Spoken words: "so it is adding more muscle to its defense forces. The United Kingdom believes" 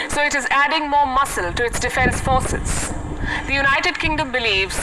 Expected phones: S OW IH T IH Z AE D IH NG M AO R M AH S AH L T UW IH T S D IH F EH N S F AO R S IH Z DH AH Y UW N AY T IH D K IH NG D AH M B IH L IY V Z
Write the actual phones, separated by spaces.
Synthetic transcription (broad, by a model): S OW IH T IH Z AE D IH NG M AO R M AH S AH L T UW IH T S D IH F EH N S F AO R S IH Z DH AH Y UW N AY T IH D K IH NG D AH M B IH L IY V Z